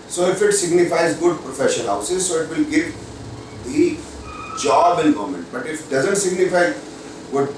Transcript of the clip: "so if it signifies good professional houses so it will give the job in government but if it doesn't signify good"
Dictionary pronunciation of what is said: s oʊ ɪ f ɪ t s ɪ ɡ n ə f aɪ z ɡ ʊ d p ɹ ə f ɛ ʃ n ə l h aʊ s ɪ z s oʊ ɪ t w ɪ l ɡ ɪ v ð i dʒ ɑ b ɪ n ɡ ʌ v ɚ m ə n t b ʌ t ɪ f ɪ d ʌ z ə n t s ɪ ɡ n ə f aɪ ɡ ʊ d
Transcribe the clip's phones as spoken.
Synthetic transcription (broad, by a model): s oʊ ɪ f ɪ t s ɪ ɡ n ə f aɪ z ɡ ʊ d p ɹ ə f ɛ ʃ ə n h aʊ s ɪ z s oʊ ɪ t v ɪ l ɡ ɪ v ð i dʒ ɑ b ɪ n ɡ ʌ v m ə n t b ʌ t ɪ f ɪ d ʌ z ə n t s ɪ ɡ n ə f aɪ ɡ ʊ d